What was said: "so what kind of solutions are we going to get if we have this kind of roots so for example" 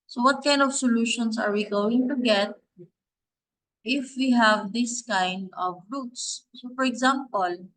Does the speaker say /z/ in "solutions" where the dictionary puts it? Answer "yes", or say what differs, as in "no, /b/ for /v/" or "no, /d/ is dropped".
no, /s/ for /z/